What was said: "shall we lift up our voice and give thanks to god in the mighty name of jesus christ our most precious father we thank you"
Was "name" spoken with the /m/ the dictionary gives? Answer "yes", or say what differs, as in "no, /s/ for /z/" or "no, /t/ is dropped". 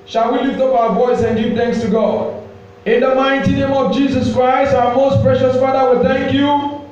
yes